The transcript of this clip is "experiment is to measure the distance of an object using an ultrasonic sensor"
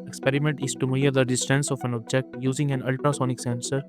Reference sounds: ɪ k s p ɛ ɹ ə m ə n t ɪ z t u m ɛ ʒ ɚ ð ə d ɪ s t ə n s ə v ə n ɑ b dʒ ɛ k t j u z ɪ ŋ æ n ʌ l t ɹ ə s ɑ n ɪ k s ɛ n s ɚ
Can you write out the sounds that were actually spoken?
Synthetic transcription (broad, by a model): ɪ k s p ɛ ɹ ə m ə n t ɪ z t u m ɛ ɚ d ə d ɪ s t ə n s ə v ə n ɑ b dʒ ɛ k t j u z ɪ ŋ æ n ʌ l t ɹ ə s ɑ n ɪ k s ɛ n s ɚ